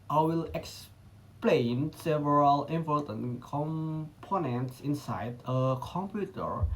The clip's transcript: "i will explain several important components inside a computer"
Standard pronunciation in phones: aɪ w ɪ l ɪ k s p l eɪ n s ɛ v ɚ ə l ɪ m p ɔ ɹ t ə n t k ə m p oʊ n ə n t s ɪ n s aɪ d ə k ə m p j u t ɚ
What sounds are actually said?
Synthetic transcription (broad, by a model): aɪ w ɪ l ɪ k s p l eɪ n s ɛ v ɚ ə l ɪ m p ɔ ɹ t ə n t k ə m p oʊ n ə n t s ɪ n s aɪ d ə k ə m p j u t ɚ